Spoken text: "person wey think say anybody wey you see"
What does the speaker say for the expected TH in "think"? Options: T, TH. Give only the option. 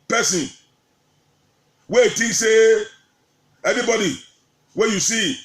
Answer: T